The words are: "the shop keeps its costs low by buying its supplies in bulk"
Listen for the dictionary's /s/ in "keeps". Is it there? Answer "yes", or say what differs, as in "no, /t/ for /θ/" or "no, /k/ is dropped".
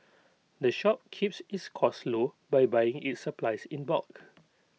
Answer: yes